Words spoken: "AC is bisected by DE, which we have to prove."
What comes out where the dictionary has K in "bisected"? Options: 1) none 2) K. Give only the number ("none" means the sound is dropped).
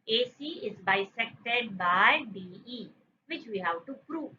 2